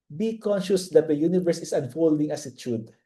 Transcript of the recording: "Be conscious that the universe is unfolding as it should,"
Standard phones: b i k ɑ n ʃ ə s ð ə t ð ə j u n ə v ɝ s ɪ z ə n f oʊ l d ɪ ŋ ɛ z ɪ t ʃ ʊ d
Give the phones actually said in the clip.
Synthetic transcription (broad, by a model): b i k ɑ n ʃ ə s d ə t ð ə j u n ə v ɝ s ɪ s ə n f oʊ l d ɪ ŋ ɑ s ɪ t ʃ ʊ d